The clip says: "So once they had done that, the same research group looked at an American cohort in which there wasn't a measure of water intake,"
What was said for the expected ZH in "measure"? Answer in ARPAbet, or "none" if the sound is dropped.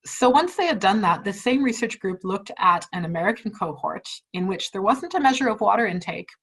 ZH